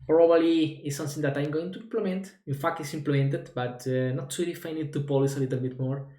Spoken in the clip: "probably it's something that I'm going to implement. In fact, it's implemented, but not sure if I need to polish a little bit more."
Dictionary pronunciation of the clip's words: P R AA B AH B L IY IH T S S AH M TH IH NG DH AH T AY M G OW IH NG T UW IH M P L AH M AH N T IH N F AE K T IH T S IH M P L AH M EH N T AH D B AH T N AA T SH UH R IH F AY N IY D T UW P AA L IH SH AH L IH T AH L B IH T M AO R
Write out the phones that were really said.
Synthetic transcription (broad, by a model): P R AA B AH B L IY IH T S S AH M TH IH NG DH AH T AY M G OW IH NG T UW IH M P L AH M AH N T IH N F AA K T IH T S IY M P L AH M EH N T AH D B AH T N AA T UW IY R IH F AY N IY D T UW P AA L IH S AH L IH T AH L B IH T M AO R